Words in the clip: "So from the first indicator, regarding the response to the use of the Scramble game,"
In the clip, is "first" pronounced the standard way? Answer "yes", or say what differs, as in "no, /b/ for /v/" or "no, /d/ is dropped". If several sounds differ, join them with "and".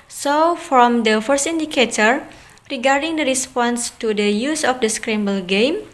yes